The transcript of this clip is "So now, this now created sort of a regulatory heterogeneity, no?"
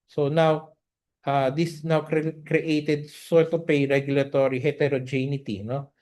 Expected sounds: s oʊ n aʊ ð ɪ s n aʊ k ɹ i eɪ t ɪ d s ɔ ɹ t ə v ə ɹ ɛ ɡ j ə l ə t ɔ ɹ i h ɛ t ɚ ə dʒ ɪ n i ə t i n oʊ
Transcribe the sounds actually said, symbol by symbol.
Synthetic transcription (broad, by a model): s oʊ n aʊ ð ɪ s n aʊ k ɹ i eɪ t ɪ d s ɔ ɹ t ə p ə ɹ ɛ ɡ j ə l ə t ɔ ɹ i h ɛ t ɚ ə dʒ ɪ n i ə t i n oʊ